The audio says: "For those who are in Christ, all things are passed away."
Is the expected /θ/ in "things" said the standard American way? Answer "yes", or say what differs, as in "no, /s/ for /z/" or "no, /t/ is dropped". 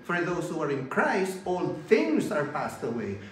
yes